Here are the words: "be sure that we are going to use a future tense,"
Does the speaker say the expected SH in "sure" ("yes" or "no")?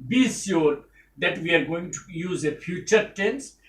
no